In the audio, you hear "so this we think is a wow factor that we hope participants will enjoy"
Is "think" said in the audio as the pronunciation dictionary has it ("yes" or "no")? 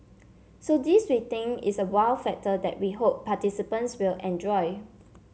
no